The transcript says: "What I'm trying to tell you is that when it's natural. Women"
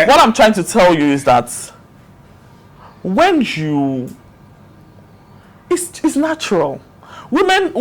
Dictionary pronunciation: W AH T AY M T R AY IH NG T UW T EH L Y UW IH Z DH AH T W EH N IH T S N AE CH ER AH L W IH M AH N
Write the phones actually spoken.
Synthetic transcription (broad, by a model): W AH T AY M T R AY IH NG T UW T EH L Y UW IH Z DH AH T W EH N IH S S N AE CH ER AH L W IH M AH N